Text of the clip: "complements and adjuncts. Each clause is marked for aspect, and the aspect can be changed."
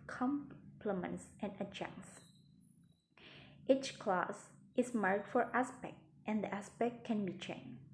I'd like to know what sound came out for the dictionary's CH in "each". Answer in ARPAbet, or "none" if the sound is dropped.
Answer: CH